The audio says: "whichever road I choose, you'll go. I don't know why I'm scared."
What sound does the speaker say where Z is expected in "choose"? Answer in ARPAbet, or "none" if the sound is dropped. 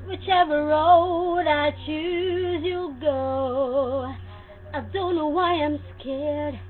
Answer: Z